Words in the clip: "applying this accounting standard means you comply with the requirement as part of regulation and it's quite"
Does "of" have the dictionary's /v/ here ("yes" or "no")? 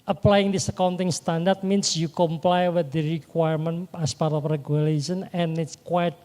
no